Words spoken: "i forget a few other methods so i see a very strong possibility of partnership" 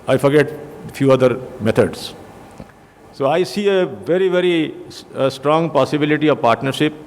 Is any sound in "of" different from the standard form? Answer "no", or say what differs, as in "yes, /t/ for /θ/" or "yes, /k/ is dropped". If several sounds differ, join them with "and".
no